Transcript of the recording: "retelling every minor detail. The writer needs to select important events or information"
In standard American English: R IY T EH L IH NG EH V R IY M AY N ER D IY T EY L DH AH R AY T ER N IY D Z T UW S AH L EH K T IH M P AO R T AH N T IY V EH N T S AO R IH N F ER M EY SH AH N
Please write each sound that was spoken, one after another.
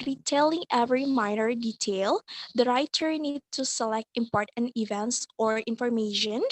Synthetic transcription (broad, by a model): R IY T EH L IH NG EH V R IY M AY N ER D IY T EY L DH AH R AY T ER N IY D T UW S AH L EH K T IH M P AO R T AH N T IY V EH N T S AO R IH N F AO M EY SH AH N